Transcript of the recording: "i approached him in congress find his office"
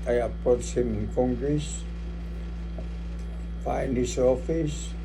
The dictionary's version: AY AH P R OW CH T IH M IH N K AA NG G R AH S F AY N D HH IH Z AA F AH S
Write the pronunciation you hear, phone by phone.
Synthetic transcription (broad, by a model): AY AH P OW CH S IH M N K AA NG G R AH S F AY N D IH S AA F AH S